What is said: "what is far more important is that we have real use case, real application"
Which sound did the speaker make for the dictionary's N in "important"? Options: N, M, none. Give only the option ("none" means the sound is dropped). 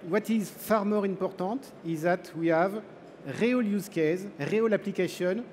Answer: none